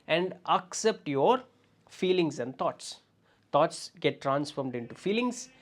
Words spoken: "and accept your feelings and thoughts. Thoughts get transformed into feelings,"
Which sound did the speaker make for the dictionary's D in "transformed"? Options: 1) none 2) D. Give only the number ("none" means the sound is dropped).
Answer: 2